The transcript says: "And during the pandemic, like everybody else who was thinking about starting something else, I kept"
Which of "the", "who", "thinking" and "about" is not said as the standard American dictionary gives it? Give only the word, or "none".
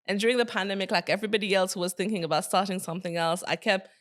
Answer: none